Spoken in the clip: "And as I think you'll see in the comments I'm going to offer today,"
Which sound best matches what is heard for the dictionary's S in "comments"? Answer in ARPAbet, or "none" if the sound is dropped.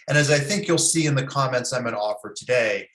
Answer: S